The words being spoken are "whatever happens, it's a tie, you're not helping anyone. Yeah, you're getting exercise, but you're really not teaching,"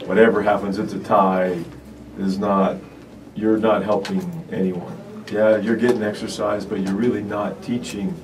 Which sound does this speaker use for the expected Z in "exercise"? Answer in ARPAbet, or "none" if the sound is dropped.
Z